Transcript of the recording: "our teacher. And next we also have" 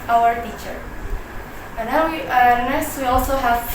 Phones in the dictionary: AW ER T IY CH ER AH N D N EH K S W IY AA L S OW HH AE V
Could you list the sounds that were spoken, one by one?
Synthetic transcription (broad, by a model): AW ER T IY CH ER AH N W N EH S W IY AA L S OW HH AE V